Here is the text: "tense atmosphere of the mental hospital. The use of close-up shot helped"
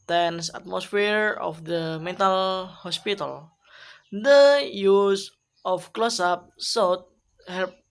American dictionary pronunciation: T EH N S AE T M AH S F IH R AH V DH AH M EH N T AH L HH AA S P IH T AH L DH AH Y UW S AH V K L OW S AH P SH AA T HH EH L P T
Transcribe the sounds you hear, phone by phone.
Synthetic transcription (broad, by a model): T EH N S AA T M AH S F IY R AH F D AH M EH N T AH L HH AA S P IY T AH L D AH Y UW S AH F K L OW S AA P S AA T HH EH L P